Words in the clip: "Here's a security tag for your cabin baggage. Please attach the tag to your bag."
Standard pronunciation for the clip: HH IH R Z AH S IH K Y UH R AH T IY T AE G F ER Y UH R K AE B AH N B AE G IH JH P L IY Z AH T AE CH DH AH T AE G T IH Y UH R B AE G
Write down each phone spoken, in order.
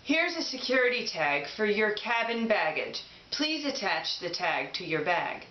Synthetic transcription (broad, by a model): HH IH R Z AH S IH K Y UH R AH T IY T AE G F ER Y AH R K AE B AH N B AE G IH JH P L IY Z AH T AE CH DH AH T AE G T IH Y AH R B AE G